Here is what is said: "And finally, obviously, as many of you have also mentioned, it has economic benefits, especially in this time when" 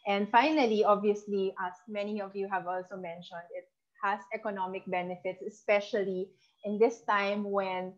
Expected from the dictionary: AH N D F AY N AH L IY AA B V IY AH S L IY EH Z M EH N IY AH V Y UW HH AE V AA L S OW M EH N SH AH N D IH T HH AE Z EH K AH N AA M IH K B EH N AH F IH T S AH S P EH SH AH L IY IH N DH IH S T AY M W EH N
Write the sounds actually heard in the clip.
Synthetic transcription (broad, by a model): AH N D F AY N AH L IY AA B V IY AH S L IY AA M EH N IY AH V Y UW HH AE V AA L S OW M EH N SH AH N D IH T HH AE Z EH K AH N AA M IH K B EH N AH F IH T S AH S P EH SH AH L IY IH N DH IH S T AY M W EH N